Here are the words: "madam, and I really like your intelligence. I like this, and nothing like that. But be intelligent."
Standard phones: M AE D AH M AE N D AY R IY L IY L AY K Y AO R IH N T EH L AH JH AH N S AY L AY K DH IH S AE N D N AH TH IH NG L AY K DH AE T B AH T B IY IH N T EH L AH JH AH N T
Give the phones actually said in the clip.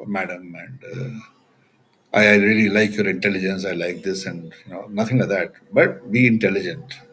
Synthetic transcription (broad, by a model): M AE D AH M AE N D AY R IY L IY L AY K Y AO R IH N T EH L AH JH AH N S AY L AY K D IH S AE N D N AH T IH NG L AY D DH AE T B AH T B IY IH N T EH L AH JH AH N T